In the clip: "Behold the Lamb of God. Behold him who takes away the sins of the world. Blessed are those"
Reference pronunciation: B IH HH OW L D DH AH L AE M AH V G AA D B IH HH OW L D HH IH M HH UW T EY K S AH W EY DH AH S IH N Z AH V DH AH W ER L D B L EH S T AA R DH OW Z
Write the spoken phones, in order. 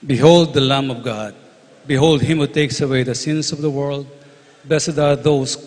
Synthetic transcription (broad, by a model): B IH HH OW L D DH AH L AE M AH V G AA D B IH HH OW L D HH IH M HH UW T EY K S AH W EY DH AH S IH N S AH V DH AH W ER L D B EH S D AA R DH OW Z